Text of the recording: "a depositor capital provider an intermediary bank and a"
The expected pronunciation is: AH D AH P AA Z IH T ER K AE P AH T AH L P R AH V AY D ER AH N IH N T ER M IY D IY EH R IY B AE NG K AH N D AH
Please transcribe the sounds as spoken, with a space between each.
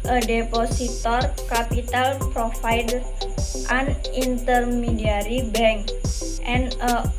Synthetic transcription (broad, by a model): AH D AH P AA S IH T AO K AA P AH T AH L P R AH F AY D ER AH N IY N T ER M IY D IY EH R IY B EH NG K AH N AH